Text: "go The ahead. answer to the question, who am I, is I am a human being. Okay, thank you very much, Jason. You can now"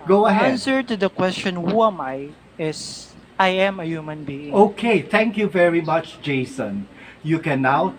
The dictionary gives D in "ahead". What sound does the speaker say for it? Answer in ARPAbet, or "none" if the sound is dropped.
none